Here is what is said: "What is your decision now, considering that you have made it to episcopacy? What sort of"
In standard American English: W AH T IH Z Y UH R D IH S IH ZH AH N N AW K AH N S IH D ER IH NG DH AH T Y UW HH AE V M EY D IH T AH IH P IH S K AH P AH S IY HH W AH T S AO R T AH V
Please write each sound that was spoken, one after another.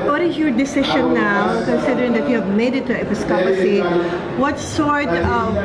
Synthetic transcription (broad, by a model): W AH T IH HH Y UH D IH S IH SH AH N N AW K AH N S IH D ER IH NG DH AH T Y UW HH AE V M EY D IH T AH IH P IH S K AH P AH S IY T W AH T S AO R T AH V